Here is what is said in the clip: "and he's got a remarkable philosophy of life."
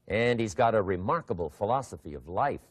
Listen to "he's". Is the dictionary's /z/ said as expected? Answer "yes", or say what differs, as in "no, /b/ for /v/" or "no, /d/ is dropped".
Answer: yes